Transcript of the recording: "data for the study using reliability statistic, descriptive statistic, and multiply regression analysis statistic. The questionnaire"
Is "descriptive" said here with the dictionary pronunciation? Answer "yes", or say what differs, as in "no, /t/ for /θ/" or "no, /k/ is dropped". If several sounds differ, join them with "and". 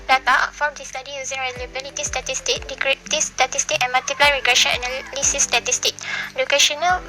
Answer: no, /s/ is dropped